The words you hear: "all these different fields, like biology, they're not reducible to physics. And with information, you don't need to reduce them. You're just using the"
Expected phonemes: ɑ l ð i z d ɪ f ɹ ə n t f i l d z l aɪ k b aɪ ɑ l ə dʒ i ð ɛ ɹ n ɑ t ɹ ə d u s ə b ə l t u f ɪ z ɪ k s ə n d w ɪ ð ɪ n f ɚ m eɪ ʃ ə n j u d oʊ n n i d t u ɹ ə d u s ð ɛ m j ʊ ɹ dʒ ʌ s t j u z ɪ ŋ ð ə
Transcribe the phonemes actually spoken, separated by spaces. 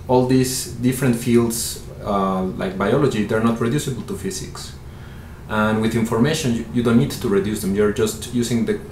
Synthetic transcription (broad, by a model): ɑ l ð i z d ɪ f ɹ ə n t f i l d s l aɪ k b aɪ ɑ l ə dʒ i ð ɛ ɹ n ɑ t ɹ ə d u s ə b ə l t u f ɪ s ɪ k s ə n w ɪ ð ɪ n f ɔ m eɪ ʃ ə n j u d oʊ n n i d t u ɹ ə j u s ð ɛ m j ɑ ɹ dʒ ʌ s t j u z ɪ ŋ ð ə